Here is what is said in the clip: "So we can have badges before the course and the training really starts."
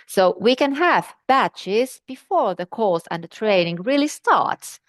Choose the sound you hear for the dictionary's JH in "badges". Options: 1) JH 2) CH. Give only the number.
2